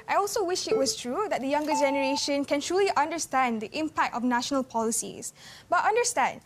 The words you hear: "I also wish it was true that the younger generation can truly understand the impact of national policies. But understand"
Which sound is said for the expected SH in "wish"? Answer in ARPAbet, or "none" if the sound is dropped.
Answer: SH